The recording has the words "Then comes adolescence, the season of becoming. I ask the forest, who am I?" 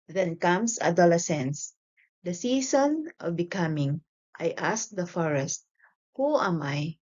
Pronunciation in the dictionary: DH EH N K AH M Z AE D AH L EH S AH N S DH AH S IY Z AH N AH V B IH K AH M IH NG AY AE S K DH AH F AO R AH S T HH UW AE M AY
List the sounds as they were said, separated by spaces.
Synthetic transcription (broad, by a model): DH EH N K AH M S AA D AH L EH S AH N S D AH S IY S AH N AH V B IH K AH M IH NG AY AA S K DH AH F AO R AH S T HH UW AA M AY